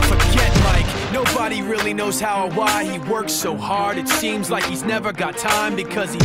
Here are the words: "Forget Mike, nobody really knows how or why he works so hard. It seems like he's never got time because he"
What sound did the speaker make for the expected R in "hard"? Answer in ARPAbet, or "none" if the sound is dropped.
R